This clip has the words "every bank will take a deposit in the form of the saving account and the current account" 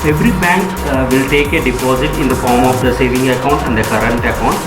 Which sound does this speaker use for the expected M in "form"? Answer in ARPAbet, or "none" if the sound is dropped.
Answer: M